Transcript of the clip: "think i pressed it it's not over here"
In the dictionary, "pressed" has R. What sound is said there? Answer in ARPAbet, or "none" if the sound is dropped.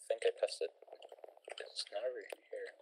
none